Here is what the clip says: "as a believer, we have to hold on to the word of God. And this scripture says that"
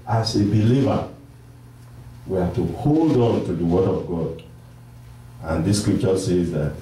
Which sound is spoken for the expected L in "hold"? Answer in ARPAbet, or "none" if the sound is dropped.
L